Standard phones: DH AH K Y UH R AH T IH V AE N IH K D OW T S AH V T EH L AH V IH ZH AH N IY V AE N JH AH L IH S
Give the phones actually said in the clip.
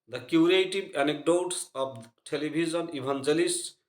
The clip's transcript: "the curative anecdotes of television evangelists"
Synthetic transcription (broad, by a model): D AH K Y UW R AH T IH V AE N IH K D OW T S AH B T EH L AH B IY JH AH N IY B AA N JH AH L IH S